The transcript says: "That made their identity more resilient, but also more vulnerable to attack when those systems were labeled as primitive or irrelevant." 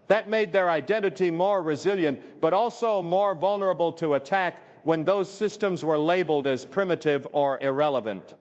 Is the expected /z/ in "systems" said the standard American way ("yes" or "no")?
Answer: yes